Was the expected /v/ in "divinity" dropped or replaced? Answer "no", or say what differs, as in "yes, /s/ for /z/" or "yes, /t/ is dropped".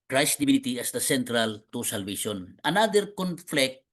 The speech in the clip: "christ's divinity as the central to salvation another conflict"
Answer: yes, /b/ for /v/